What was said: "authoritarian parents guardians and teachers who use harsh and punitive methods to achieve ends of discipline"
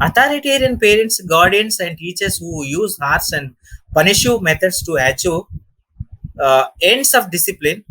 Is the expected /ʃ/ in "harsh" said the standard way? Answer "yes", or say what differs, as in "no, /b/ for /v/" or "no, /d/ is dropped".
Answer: no, /s/ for /ʃ/